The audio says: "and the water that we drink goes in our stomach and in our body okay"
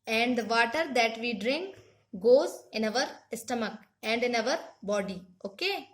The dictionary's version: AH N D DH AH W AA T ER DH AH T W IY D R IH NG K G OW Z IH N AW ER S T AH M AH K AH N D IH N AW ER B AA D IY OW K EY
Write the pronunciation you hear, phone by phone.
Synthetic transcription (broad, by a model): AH N D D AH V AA T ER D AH T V IY D R IH NG K G OW Z IH N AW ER S T AH M AH K AH N D IH N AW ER B AA D IY OW K EY